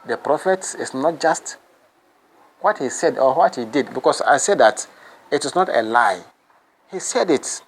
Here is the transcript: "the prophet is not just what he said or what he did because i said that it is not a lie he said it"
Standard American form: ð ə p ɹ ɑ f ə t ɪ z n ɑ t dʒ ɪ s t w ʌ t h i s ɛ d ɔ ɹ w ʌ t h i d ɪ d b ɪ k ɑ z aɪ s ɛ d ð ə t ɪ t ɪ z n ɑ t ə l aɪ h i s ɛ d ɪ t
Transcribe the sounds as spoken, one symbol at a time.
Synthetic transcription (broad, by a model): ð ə p ɹ ɑ f ə t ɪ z n ɑ t dʒ ɪ s t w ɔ t h i s ɛ d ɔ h w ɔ t h i d ɪ d b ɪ k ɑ s aɪ s ɛ d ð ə t ɪ t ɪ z n ɑ t ə l aɪ h i s ɛ d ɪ t